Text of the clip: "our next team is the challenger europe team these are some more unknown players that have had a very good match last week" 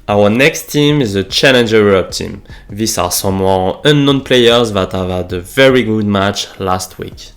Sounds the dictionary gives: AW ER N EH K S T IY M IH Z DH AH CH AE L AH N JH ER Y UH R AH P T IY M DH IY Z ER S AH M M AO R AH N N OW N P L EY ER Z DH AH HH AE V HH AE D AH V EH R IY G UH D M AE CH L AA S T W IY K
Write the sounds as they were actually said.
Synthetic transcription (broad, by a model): AW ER N EH K S T IY M IH Z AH CH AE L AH N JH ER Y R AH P T IY M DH IY S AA S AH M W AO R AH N N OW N P L EY ER Z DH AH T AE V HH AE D AH V EH R IY G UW D M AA CH L AA S T W IY K